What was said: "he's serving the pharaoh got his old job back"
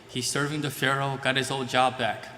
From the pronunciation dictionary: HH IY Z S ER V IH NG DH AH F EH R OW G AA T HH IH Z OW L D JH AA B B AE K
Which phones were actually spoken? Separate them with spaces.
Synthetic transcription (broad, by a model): HH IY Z S ER V IH NG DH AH F EH R OW G AA T HH IH Z OW L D JH AA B B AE K